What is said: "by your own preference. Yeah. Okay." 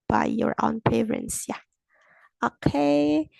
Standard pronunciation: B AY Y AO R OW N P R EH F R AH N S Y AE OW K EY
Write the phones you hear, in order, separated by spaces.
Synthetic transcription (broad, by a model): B AY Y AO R OW N P EH R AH N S Y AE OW K EY